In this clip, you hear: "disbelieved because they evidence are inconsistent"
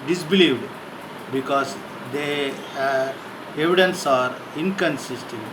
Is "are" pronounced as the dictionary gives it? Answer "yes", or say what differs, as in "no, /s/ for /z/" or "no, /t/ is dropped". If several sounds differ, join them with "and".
yes